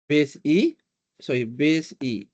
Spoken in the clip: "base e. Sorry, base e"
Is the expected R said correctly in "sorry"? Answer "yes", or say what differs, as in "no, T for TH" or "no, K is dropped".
no, R is dropped